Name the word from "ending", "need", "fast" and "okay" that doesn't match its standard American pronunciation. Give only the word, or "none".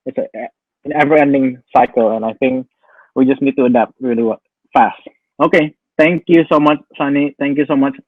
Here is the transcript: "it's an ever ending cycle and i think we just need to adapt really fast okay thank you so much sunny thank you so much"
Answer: none